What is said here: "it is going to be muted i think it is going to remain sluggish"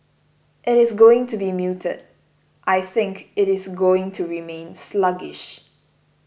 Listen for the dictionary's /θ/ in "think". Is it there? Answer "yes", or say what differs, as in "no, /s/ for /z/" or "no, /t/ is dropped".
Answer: yes